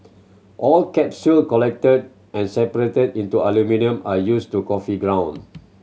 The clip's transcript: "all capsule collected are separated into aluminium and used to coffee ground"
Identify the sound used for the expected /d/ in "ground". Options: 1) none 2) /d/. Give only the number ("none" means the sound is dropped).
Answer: 1